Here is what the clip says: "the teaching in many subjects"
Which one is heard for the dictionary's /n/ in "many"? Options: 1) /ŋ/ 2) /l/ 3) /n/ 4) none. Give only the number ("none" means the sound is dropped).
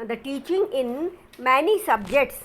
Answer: 3